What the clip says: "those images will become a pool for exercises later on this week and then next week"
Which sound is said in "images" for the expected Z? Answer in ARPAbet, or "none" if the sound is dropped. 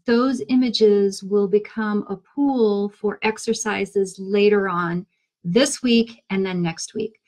Z